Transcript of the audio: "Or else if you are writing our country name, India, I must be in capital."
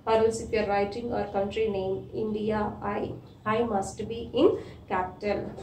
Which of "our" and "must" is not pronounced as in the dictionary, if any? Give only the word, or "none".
none